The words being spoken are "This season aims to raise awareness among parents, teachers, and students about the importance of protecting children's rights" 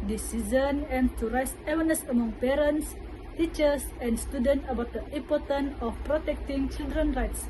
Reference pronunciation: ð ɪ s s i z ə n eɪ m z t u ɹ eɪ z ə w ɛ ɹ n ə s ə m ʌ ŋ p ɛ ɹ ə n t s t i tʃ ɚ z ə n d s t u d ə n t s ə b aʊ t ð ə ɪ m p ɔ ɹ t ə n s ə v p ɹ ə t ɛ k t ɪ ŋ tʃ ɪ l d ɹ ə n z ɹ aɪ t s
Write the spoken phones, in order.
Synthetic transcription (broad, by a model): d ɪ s s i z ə n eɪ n t u ɹ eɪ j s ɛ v n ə s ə m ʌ ŋ p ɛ ɹ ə n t s t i tʃ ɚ s ə n d s t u d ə n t ə b aʊ t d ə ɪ m p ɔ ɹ t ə n ə f p ɹ ə t ɛ k t ɪ ŋ tʃ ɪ l d ɹ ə n ɹ aɪ t s